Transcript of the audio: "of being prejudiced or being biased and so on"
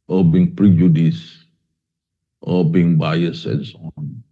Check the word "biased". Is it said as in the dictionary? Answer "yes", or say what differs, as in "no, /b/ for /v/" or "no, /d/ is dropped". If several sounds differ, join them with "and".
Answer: no, /t/ is dropped